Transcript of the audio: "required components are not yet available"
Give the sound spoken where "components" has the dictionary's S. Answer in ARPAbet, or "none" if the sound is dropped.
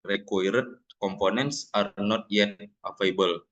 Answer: S